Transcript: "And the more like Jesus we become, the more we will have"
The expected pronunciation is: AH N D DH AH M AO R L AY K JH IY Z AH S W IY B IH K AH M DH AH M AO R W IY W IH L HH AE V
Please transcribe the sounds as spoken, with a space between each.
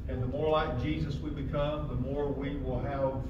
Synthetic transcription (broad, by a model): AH N DH AH M AO R L AY K JH IY Z AH S W IY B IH K AH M DH AH M AO R W IY W IH L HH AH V